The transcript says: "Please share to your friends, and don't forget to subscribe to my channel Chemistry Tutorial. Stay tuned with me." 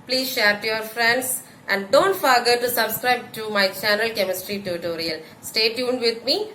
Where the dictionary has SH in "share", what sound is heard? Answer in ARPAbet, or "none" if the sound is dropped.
SH